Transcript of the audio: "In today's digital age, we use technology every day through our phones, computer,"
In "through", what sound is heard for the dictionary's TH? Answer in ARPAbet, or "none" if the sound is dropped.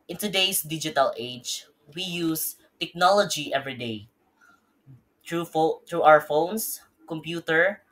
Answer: T